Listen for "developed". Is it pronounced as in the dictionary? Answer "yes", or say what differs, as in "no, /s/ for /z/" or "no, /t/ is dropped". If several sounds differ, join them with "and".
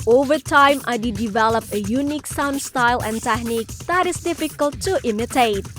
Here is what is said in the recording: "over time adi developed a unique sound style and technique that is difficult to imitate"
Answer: no, /t/ is dropped